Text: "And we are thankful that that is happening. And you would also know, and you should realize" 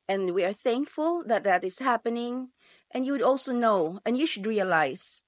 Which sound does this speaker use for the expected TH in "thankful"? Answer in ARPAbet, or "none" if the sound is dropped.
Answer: TH